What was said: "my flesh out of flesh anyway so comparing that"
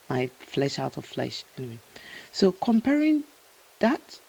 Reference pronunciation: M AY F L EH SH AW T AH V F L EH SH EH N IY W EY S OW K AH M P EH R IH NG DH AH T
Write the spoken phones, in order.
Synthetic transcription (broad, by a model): M AY F L EH SH AW T AH V F L EH SH EH N IY W EY S OW K AH M P EH R IH NG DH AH T